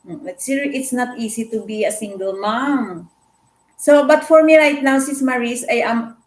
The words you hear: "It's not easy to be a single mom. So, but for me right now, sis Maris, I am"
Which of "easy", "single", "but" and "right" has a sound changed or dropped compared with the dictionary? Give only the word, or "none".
easy